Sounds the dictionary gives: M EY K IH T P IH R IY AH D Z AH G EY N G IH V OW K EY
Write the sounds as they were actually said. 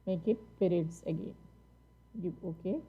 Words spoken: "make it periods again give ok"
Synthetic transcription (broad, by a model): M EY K IH T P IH R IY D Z AH G EY N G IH OW K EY